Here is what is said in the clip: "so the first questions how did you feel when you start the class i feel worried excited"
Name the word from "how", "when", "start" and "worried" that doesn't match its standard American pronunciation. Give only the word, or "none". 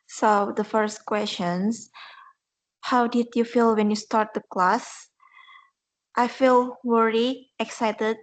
worried